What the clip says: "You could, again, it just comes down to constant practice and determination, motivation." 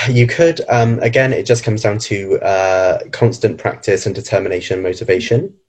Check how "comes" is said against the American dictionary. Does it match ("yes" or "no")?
yes